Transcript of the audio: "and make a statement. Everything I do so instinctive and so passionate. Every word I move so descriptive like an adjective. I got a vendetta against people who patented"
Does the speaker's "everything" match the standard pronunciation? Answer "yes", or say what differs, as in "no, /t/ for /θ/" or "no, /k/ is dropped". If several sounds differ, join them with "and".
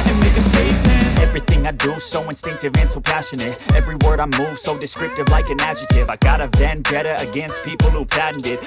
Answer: yes